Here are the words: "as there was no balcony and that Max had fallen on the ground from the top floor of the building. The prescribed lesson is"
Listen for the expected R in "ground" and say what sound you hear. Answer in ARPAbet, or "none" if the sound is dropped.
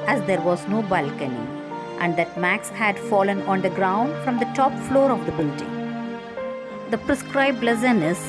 R